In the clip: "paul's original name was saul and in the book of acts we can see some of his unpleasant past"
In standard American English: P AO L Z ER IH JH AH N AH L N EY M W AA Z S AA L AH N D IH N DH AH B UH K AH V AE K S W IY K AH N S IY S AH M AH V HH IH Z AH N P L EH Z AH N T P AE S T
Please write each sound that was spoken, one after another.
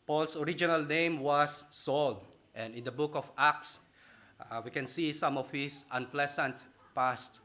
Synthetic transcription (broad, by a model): P AO L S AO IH JH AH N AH L N EY M W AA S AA L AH N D IH N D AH B UH K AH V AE K S W IY K AH N S IY S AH M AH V HH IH S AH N P L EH S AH N T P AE S T